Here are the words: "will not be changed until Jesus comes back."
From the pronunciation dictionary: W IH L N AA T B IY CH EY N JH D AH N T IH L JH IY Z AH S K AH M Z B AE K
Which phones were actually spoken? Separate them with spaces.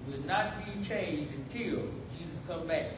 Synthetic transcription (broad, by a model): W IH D N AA T B IY CH EY N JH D AH N T IH L JH IY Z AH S K AH M B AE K